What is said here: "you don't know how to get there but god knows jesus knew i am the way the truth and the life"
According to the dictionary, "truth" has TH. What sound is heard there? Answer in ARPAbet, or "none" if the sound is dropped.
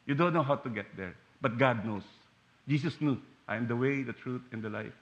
T